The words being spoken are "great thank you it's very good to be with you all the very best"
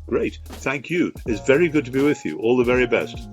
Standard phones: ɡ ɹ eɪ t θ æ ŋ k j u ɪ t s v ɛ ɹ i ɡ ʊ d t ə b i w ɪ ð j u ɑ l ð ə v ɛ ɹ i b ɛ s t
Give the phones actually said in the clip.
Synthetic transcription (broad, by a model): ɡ ɹ eɪ t θ æ ŋ k j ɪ ɪ t s v ɛ ɹ i ɡ ʊ d t ə b i w ɪ ð j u ɑ l ð ə v ɛ ɹ i b ɛ s t